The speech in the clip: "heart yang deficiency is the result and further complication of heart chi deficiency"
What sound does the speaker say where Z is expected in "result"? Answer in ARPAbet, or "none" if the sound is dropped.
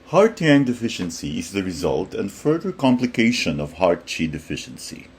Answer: Z